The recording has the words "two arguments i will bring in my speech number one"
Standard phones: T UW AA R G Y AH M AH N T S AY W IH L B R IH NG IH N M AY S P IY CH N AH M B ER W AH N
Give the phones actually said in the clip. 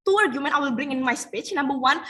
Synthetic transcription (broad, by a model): T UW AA R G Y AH M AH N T AY W IH L B R IH NG IH N M AY S P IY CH N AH M B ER W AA N